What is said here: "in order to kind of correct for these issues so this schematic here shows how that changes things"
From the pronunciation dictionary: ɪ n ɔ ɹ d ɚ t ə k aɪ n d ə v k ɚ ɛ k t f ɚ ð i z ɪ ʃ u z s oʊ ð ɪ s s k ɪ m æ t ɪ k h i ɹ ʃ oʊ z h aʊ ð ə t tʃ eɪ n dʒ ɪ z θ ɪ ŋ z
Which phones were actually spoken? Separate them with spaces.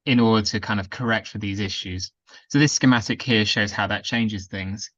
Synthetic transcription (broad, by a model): ɪ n ɔ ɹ d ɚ t ə k aɪ n d ə v k ɚ ɛ k t f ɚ ð i z ɪ ʃ u z s oʊ ð ɪ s s k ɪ m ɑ t ɪ k h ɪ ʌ ʃ oʊ z h aʊ ð ə t tʃ eɪ n dʒ ɪ z θ ɪ ŋ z